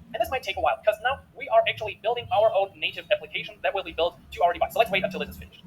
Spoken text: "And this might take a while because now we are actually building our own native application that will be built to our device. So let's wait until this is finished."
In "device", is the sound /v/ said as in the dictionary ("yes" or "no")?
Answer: no